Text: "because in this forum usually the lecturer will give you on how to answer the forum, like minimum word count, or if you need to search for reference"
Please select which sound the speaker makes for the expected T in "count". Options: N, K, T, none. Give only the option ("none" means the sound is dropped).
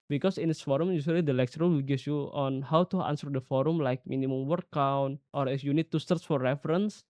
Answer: T